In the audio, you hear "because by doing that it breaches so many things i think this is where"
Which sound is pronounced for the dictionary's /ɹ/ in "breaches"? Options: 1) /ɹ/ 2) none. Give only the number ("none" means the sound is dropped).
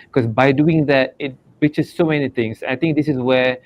2